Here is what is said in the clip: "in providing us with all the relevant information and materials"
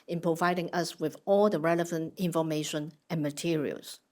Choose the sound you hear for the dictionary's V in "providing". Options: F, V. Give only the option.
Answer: V